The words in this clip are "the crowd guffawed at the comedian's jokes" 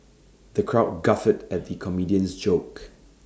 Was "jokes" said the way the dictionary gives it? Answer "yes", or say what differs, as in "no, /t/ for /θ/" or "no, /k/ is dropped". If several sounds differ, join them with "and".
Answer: no, /s/ is dropped